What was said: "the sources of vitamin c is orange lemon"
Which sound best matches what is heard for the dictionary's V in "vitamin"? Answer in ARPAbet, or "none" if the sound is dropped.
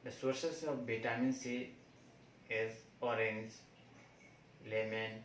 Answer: B